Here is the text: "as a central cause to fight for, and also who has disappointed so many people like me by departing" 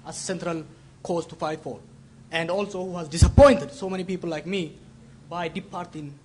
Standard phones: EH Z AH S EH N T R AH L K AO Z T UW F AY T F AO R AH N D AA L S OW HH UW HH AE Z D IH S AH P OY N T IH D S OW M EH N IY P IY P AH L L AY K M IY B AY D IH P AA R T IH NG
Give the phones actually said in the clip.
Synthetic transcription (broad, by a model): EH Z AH S EH N T R AH L K AO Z T UW F AY T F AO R AH N D AA L S OW HH UW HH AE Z D IH S AH P OY N T IH D S OW M EH N IY P IY P AH L L AY K M IY B AY D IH P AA R T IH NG